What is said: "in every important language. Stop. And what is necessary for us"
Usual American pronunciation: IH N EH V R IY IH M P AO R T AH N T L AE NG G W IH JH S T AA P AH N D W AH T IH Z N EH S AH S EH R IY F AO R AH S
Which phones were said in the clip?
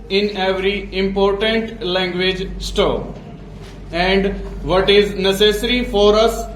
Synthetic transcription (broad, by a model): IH N EH V R IY IH M P AO R T AH N T L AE NG G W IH JH S T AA AH N D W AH T IH Z N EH S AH S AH R IY F AO R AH S